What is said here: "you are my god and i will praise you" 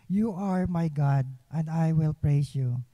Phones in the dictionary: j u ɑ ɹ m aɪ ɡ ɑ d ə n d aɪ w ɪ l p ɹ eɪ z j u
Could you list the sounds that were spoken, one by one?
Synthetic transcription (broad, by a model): j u ɑ ɹ m aɪ ɡ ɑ d ə n d aɪ w ɪ l p ɹ eɪ s j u